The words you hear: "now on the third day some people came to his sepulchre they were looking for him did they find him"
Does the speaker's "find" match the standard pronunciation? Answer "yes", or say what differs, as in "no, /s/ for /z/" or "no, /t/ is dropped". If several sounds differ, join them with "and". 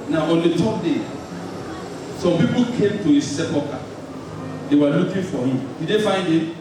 yes